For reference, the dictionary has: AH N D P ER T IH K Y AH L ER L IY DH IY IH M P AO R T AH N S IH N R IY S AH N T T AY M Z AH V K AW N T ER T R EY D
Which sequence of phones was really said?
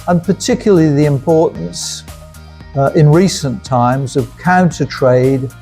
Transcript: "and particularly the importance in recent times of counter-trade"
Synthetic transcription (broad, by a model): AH N P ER T IH K Y L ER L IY DH IY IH M P AO R T N S IH N R IY S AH N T T AY M Z AH V K AW N T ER T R EY D